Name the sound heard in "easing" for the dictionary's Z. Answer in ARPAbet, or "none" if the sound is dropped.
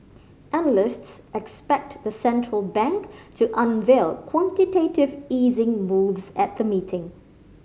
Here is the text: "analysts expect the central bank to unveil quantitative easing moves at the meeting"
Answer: Z